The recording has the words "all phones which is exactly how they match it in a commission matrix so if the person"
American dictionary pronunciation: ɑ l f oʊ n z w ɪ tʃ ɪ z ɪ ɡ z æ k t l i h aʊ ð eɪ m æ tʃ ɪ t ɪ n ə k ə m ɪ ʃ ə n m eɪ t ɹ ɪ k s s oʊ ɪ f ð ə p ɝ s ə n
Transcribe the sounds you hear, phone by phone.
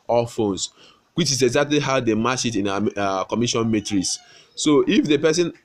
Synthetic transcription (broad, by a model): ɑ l f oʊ n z w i tʃ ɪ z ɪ ɡ z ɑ k t l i h aʊ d eɪ m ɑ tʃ ɪ t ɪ n ə k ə m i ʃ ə n m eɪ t ɹ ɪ s s oʊ ɪ f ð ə p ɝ s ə n